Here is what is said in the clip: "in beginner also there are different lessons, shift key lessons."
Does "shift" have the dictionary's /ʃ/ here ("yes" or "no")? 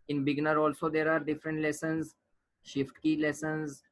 yes